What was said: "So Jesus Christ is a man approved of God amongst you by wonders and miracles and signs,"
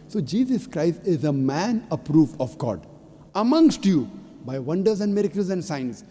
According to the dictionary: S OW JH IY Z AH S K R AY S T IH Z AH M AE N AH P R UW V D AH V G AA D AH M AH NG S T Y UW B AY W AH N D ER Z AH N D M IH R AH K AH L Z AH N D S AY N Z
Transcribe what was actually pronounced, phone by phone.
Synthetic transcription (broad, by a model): S OW JH IY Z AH S K R AY S T IH Z AH M AE N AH P R UW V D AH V G AA D AH M AH NG S T Y UW B AY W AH N D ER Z AH N D M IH R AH K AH L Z AH N D S AY N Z